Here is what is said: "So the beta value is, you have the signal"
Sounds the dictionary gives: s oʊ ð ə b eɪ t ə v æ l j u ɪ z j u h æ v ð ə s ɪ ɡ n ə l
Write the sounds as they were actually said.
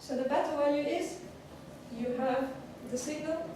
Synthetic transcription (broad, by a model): s oʊ ð ə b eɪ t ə w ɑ j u ɪ z j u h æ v ð ə s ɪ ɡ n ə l